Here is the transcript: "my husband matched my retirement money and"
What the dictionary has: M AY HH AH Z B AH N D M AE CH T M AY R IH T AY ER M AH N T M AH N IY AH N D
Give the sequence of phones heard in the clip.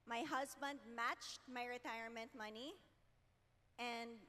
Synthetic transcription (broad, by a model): M AY HH AH Z B AH N D M AE CH T M AY R IH T AY ER M AH N T M AH N IY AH N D